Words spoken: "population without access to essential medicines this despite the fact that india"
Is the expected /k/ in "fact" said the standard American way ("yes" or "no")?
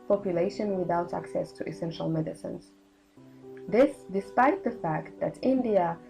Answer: yes